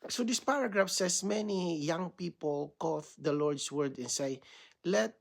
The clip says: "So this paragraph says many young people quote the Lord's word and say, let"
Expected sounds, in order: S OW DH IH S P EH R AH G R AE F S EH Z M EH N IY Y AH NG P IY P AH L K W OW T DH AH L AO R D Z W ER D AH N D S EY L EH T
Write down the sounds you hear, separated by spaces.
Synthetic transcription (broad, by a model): S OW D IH S P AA R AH G R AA F S EH S M EH N IY Y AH NG P IY P AH L K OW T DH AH L AO R D S W ER D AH N S EY L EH T